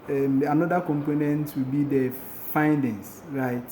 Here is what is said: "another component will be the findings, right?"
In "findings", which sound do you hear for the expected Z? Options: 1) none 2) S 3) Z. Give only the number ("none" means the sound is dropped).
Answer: 2